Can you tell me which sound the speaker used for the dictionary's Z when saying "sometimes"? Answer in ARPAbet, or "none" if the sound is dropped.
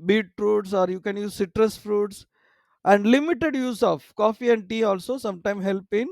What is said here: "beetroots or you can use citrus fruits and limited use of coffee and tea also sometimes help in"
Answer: none